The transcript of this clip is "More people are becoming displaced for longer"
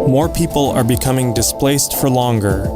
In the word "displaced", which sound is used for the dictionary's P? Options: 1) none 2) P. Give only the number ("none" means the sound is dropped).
2